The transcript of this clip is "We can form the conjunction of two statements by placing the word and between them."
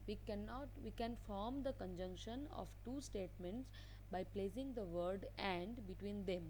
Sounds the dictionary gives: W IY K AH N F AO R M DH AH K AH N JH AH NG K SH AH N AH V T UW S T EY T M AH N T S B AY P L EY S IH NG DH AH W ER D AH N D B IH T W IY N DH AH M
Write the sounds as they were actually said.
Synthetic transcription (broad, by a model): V IY K AH N F AO R M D AH K AH N JH AH NG K SH AH N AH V T UW S T EY T M AH N T S B AY P L EY S IH NG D AH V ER D AH N D B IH T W IY N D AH M